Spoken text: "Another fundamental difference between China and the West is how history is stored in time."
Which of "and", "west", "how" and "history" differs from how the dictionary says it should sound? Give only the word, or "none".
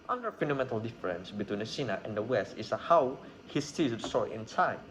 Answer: history